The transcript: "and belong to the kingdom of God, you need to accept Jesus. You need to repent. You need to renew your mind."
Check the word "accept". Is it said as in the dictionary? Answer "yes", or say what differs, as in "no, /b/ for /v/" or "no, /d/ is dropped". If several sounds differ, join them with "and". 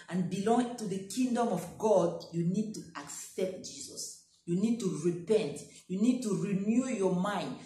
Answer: yes